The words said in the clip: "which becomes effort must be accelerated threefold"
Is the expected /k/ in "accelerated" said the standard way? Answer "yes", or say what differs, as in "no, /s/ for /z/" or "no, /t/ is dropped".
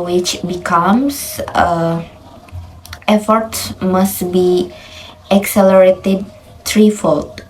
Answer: yes